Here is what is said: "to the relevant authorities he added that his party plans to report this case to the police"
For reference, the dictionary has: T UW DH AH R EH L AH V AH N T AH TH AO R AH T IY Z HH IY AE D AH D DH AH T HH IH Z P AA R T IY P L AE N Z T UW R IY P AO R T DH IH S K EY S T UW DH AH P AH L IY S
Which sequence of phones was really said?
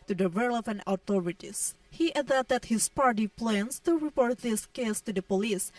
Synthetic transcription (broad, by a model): T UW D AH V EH L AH P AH N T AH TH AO R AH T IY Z HH IY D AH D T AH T HH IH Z P AA R T IY P L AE N S T UW R IY P AO R T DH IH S K EY S T UW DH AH P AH L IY S